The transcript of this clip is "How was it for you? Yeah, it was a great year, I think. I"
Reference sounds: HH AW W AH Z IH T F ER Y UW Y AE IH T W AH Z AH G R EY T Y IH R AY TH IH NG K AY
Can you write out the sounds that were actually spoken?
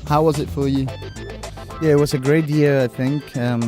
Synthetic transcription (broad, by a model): HH AW W AH Z IH T F ER Y UW Y AE IH T W AH Z AH G R EY T Y IH R AY TH IH NG K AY